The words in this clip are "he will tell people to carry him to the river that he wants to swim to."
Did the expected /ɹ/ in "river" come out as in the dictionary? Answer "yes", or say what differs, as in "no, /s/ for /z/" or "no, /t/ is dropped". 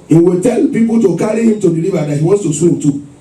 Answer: no, /l/ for /ɹ/